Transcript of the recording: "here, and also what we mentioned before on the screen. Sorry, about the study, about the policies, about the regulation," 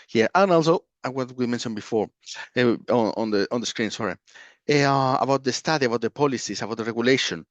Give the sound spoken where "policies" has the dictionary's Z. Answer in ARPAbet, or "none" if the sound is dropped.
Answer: S